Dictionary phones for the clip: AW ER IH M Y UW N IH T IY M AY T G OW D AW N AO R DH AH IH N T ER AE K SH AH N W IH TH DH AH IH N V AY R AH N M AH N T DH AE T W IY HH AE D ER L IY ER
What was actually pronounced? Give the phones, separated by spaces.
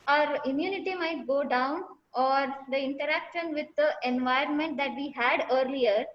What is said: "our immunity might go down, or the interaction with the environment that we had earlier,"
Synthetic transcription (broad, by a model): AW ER IH M Y UW N IH T IY M AY T G OW D AW N AO R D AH IH N T ER AE K SH AH N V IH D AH IH N V AY R AH N M AH N T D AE T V IY HH AE D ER L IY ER